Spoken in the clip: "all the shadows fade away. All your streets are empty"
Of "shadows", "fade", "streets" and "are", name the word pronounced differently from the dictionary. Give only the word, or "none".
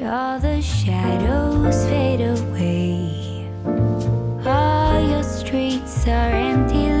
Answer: none